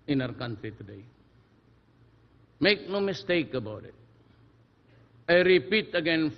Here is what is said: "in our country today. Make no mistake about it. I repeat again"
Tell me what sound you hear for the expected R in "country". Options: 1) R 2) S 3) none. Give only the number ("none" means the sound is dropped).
3